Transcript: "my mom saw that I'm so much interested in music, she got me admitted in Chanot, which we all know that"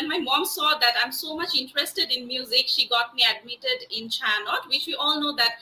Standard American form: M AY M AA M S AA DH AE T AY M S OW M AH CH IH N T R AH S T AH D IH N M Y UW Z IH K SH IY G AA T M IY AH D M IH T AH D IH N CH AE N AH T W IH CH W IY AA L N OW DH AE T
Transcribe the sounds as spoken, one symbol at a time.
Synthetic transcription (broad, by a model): M AY M AA M S AA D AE T AY M S OW M AH CH IH N T R AH S T AH D IH N M Y UW Z IH K SH IY G AA T M IY AH D M IH T AH D IH N CH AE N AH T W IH CH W IY AA L N OW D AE T